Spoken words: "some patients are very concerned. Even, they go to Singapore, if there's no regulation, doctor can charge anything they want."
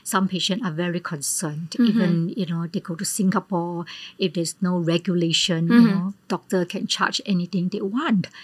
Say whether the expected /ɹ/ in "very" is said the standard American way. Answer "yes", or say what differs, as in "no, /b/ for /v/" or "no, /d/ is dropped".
yes